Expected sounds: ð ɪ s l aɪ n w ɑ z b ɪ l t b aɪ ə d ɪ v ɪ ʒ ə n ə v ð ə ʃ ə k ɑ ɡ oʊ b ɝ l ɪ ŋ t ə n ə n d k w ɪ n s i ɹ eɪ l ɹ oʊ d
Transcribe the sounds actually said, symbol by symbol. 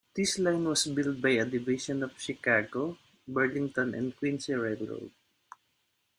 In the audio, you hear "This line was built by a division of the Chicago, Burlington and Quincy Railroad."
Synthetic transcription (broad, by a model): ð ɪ s l aɪ n w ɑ s b ɪ l t b aɪ ə d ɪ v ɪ ʃ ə n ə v ʃ ə k ɑ ɡ oʊ b ɝ l ɪ ŋ t ə n ə n d k w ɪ n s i ɹ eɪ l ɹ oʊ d